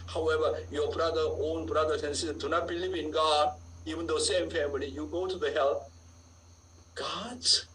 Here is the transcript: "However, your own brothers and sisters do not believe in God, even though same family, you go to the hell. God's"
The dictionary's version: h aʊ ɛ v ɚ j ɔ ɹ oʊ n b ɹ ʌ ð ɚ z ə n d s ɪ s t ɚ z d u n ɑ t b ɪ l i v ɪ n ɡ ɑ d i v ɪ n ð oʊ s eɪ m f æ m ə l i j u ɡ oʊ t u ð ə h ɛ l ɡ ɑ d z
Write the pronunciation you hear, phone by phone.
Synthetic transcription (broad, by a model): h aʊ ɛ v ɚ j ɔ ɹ oʊ n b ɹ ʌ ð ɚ s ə n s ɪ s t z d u n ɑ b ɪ l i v ɪ n ɡ ɑ d i v ɪ n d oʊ s eɪ m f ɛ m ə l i j u ɡ oʊ t u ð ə h ɛ l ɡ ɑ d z